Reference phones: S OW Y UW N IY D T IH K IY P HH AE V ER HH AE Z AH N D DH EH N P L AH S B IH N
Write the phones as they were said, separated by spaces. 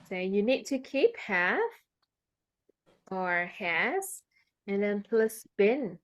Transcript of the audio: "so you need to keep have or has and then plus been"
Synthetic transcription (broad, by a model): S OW Y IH N IY D T IH K IY P HH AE F ER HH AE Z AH N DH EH N P L AH S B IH N